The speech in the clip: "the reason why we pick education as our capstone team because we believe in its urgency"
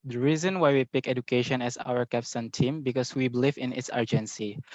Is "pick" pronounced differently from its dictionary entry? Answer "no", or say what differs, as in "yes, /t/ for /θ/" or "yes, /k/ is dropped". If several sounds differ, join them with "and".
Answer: no